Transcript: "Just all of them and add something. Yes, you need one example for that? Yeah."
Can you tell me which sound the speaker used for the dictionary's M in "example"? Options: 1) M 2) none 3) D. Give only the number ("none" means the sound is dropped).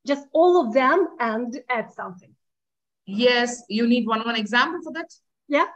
1